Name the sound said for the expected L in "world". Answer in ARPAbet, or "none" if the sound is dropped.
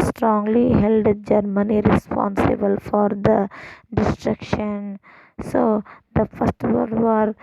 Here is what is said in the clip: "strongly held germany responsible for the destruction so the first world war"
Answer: none